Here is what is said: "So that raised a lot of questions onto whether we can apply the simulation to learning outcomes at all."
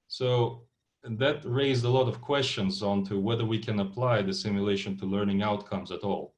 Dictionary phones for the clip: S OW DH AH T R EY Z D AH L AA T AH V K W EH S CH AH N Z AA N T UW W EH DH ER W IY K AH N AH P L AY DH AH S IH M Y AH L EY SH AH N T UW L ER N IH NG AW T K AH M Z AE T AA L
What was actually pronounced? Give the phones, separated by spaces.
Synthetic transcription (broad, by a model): S OW DH AH T R EY Z D AH L AA T AH V K W EH S CH AH N Z AA N T UW W EH DH ER W IY K AH N AH P L AY DH AH S IH M Y AH L EY SH AH N T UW L ER N IH NG AW T K AH M Z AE T AA L